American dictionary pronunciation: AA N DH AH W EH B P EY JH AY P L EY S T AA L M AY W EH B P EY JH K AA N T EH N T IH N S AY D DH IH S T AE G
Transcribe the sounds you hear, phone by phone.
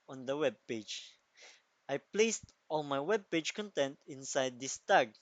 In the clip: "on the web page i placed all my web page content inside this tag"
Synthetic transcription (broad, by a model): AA N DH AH W EH B P EY JH AY P L EY S T AA L M AY W EH B P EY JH K AA N T EH N T IH N S AY D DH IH S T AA G